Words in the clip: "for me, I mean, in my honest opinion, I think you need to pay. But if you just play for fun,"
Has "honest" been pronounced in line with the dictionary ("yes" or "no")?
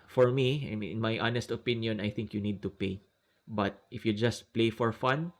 yes